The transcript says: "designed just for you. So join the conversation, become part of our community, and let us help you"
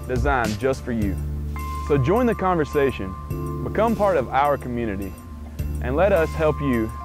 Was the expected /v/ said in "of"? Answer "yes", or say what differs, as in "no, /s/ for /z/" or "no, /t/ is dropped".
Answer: yes